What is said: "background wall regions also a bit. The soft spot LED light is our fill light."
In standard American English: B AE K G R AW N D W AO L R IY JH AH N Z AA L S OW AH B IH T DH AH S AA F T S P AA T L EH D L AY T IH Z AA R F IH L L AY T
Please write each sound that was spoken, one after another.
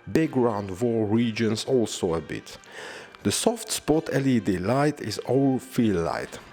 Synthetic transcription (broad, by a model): B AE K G R AW N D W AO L R IY JH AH N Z AA L S OW AH B IH T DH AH S AA F T S P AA T L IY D L AY T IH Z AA L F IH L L AY T